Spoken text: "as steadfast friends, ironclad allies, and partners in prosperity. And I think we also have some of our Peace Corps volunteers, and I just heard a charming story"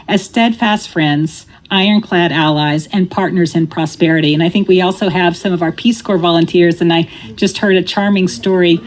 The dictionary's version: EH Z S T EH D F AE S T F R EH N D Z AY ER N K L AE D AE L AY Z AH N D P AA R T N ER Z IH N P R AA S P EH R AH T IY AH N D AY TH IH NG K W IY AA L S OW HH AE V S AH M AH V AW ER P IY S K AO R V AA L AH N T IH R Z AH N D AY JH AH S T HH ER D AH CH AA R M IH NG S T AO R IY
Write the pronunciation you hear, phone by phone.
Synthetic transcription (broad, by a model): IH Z S T EH D F AE S T F R EH N D Z AY ER N K L AE D AE L AY Z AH N P AA R T N ER Z IH N P R AA S P EH R AH T IY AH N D AY TH IH NG K W IY AA L S OW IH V S AH M AH V AW ER P IY S K AO R V AA L AH N T IH R Z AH N AY JH AH S T HH ER D AH CH AA R M IH NG S T AO R IY